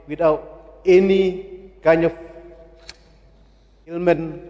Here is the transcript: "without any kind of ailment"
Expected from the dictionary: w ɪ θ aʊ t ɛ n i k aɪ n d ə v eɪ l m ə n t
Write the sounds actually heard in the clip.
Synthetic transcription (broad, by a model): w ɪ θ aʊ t ɛ n i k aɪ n ə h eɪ l m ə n